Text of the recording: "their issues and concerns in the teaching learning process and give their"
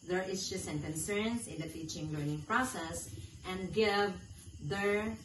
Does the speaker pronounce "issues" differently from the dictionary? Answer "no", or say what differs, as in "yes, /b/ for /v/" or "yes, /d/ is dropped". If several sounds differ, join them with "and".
yes, /s/ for /z/